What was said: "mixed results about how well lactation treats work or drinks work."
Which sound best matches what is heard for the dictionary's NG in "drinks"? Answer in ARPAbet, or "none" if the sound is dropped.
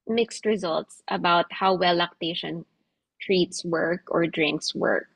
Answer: NG